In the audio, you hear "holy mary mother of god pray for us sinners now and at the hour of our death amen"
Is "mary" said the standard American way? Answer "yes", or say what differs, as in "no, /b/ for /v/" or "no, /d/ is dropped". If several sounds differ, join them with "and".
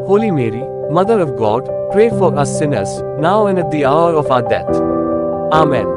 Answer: yes